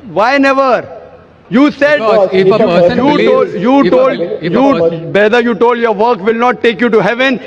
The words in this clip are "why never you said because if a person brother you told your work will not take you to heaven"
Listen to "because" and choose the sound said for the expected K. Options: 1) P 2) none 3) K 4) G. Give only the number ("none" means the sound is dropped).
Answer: 2